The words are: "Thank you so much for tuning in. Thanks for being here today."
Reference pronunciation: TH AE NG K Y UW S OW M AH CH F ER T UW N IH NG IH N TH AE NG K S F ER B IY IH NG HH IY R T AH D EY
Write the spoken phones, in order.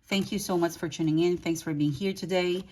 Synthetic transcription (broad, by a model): TH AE NG K Y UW S OW M AH CH F ER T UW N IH NG IH N TH AE NG K S F ER B IY IH NG HH IY R T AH D EY